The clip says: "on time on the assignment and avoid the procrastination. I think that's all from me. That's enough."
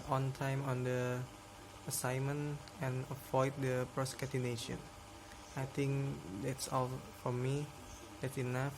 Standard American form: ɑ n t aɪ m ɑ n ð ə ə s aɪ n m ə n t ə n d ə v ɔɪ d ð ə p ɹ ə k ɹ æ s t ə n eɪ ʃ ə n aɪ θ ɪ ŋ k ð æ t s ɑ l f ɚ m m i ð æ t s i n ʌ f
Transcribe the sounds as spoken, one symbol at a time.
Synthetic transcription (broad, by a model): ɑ n t aɪ m ɑ n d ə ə s aɪ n m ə n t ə n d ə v ɔɪ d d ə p ɹ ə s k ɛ t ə n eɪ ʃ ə n aɪ t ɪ ŋ k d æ t s ɑ l f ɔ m m i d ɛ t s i n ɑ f